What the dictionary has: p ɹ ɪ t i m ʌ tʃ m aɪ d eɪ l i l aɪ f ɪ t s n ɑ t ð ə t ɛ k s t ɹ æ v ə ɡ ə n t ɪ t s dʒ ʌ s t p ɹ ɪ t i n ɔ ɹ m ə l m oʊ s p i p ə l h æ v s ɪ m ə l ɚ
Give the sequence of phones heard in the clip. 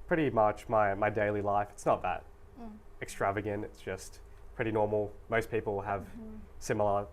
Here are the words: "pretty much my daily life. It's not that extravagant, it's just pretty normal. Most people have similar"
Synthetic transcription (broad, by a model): p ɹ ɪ t i m ʌ tʃ m aɪ d eɪ l i l aɪ f ɪ t s n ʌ t ð ə t ɛ k s t ɹ æ v ə ɡ ə n t ɪ t s dʒ ʌ s t p ɹ ɪ t i n ɔ ɹ m l m oʊ s p i p l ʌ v s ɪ m l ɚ